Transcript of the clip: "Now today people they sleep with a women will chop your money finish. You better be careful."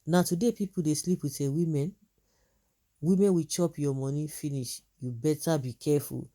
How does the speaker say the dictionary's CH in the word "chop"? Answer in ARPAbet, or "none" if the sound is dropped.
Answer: CH